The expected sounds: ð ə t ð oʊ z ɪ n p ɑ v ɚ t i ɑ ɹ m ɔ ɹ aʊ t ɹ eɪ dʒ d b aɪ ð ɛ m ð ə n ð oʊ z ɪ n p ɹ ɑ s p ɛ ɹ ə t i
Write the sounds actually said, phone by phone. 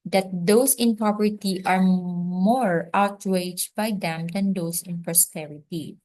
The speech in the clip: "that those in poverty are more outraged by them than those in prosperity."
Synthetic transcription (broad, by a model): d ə t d oʊ s ɪ n p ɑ p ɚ t i ɑ ɹ m ɔ ɹ aʊ t ɹ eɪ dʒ b aɪ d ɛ m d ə n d oʊ s ɪ n p ɹ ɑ s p ɛ ɹ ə t i